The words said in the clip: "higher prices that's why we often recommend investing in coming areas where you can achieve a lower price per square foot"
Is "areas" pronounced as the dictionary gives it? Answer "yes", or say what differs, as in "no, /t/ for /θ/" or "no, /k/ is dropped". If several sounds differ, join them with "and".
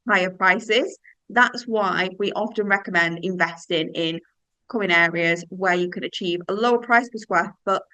yes